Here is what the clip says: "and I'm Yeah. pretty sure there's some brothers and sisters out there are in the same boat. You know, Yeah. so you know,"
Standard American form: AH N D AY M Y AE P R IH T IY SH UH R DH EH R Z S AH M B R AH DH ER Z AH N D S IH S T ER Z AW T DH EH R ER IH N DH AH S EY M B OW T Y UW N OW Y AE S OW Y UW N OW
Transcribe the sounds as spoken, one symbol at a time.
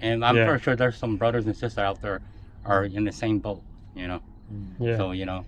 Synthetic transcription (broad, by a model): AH N AY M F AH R SH UH R DH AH R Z S AH M B R AH DH ER Z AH N S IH S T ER AW T DH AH R ER IH N DH AH S EY M B OW T Y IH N OW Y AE S OW Y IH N OW